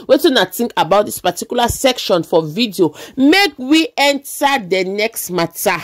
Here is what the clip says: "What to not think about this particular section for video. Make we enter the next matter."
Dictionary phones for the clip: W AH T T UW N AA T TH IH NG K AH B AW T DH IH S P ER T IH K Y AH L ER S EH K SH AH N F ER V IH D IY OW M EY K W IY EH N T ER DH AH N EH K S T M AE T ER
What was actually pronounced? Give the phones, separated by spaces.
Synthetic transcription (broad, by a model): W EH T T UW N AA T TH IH NG K AH B AW T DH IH S P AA T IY K Y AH L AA S EH K SH AH N F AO V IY D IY OW M EY K W IY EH N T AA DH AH N EH K S T M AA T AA